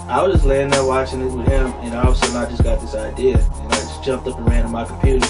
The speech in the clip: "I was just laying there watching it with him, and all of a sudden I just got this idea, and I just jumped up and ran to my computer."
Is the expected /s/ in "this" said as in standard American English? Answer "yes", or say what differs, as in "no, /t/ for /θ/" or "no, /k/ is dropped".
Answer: yes